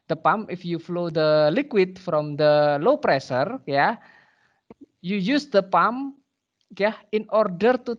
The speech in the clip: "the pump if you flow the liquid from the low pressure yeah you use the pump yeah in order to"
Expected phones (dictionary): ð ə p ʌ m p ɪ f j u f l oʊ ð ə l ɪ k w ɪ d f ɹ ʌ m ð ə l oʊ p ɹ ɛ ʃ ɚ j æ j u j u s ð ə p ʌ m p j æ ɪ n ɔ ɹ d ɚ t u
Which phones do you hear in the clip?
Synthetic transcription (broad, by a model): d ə p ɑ m ɪ f j u f l oʊ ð ə l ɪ k w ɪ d f ɹ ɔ m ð ə l oʊ p ɹ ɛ s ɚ j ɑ j u j u s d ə p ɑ m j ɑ ɪ n ɔ ɹ d ɚ t u